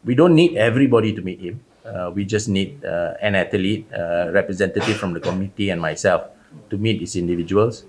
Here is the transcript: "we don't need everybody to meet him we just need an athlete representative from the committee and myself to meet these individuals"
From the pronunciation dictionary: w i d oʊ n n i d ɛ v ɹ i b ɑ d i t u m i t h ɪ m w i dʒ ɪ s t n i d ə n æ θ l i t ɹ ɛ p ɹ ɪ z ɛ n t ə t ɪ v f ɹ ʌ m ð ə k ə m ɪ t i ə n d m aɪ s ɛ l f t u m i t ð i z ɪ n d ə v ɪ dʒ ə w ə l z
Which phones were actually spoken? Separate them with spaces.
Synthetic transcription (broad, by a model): w i d oʊ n n i d ɛ v ɹ i b ɑ d i t u m i t h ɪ m w i dʒ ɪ s n i d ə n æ t l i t ɹ ɛ p ɹ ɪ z ɛ n t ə t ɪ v f ɹ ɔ m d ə k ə m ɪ t i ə n m aɪ s ɛ l f t u m i t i s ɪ n d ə v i dʒ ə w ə l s